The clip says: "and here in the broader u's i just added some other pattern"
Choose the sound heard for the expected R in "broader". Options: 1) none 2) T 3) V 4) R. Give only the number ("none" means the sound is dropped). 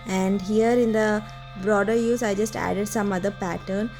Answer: 4